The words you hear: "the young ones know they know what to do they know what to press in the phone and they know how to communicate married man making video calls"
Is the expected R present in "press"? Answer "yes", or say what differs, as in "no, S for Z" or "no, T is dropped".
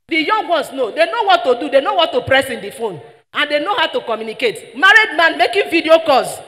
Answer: yes